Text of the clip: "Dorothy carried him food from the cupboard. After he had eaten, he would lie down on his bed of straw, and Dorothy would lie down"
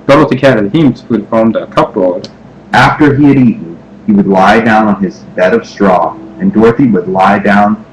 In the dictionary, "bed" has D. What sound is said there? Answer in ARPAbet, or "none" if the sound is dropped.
D